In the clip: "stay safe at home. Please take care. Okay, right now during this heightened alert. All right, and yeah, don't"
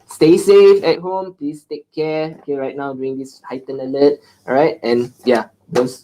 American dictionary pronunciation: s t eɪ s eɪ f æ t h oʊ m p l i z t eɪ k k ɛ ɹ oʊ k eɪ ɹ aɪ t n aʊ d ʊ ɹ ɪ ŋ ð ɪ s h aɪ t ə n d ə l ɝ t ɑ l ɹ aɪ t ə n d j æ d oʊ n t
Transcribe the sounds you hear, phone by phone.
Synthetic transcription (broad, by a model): s t eɪ s eɪ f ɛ t h oʊ m p l i s t eɪ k k ɛ oʊ k eɪ ɹ aɪ t n aʊ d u ɪ ŋ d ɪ s h aɪ t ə n ə l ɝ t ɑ ɹ aɪ t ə n j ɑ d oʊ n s